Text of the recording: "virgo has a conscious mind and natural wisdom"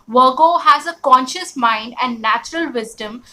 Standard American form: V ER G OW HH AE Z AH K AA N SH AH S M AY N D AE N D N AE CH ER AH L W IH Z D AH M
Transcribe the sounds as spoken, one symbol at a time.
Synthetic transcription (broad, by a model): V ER G OW HH AE Z AH K AA N SH AH S M AY N D AE N D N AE CH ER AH L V IH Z D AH M